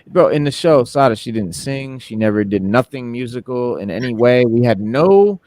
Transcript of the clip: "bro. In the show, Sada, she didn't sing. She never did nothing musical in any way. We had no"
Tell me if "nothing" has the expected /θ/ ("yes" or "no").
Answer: yes